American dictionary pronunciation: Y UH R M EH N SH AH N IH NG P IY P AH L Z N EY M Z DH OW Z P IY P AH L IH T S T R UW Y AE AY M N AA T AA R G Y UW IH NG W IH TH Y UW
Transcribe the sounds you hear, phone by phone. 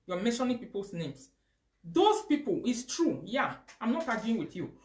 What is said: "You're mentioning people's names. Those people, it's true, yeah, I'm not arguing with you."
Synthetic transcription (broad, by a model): Y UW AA M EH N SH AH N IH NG P IY P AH L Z N EY M S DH OW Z P IY P AH L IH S T R UW Y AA AY M N AA T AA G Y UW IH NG W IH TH Y UW